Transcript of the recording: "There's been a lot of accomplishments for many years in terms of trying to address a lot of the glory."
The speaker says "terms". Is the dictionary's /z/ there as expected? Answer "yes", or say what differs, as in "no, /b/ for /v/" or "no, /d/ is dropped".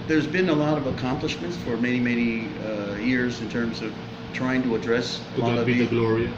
yes